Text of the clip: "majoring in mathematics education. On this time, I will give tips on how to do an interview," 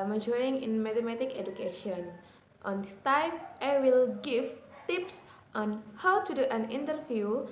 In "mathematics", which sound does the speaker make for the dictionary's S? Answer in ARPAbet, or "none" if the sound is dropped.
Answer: none